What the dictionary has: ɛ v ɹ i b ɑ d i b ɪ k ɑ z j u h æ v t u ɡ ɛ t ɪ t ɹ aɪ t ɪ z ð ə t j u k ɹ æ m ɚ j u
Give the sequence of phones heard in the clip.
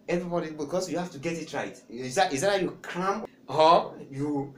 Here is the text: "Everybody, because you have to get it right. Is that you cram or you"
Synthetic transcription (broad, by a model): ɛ v ɹ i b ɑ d i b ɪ k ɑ s j u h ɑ f t u ɡ ɛ t ɪ t ɹ aɪ t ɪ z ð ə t j u k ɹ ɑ m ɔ j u